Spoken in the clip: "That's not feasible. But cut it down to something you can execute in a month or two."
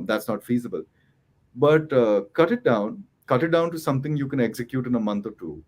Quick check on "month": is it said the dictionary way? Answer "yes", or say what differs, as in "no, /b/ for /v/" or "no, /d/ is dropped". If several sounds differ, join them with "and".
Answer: no, /t/ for /θ/